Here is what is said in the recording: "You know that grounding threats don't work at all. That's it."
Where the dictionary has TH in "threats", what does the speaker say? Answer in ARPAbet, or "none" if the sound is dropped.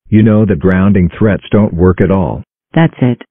TH